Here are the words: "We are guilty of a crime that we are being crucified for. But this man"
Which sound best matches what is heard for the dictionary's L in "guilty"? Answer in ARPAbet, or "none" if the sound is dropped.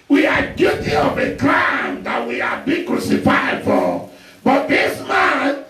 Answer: none